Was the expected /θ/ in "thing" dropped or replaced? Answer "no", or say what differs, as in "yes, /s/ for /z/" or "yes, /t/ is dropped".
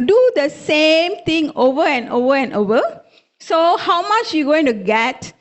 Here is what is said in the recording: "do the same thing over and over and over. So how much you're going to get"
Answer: yes, /t/ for /θ/